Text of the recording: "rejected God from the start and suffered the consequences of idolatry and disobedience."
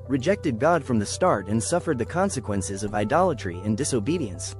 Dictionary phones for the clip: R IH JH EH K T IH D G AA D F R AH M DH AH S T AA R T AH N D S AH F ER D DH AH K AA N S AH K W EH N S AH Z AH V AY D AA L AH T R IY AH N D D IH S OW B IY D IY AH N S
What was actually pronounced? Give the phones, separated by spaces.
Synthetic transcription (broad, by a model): R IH JH EH K T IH D G AA D F R AH M DH AH S T AA R T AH N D S AH F ER D DH AH K AA N S AH K W EH N S AH Z AH V AY D AA L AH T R IY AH N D D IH S OW B IY D IY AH N S